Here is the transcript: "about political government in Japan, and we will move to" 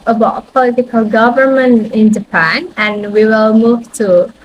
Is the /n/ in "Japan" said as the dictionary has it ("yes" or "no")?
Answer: yes